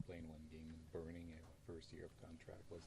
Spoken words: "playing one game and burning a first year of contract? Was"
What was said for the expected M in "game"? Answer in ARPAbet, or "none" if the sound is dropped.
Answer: none